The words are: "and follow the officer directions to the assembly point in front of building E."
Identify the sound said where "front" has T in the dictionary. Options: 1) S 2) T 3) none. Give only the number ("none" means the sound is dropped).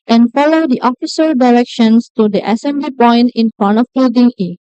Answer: 3